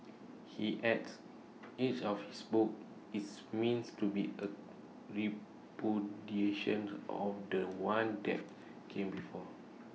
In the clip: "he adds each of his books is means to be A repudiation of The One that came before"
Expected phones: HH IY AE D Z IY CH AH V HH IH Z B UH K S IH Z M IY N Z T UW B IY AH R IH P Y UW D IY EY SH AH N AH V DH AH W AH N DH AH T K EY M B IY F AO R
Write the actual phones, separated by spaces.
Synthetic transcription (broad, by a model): HH IY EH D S IY CH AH F HH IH S B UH K IH S M IY N S T UW B IY AH R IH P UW D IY EY SH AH N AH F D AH W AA N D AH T K EY M B IY F AO